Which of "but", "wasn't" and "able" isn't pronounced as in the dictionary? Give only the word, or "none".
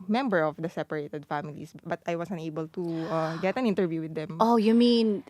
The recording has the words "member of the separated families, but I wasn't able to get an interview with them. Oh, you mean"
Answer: wasn't